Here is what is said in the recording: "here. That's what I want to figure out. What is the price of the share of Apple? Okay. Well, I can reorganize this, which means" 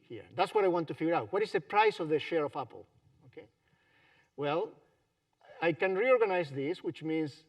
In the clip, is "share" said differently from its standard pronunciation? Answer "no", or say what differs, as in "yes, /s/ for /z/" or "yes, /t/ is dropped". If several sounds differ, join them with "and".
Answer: no